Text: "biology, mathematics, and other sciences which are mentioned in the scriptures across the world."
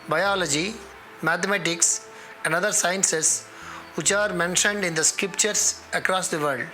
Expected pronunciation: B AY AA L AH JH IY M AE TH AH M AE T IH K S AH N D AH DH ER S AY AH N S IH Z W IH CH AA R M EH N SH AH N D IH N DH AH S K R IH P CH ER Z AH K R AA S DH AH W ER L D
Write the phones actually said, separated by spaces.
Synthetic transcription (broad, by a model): B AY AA L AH JH IY M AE T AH M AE T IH K S AH N D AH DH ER S AY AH N S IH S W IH CH AA R M EH N SH AH N D IH N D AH S K R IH P CH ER S AH K R AA S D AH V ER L D